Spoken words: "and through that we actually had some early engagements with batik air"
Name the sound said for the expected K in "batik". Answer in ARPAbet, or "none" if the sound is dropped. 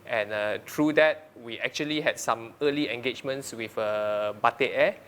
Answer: none